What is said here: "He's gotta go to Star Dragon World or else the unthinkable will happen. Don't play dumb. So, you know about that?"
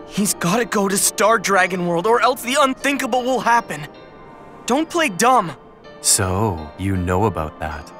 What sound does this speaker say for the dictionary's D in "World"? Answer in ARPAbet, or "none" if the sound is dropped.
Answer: D